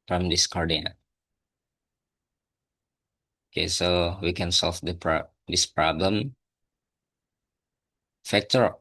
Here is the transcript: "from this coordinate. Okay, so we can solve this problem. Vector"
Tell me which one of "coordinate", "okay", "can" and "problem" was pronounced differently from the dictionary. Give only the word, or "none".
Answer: coordinate